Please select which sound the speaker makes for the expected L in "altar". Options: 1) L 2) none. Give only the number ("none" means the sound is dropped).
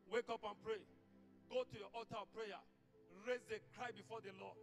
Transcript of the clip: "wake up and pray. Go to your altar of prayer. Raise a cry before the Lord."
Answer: 2